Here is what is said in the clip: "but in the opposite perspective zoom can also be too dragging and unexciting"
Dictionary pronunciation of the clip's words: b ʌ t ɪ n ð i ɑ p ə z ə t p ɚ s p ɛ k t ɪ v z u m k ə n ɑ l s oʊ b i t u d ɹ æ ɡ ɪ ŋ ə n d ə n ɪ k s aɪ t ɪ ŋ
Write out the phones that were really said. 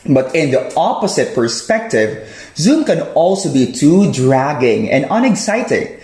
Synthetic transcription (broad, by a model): b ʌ t ɪ n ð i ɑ p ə s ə t p ɚ s p ɛ k t ɪ v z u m k ə n ɑ l s oʊ b i t u d ɹ æ ɡ ɪ ŋ ə n d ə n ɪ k s aɪ t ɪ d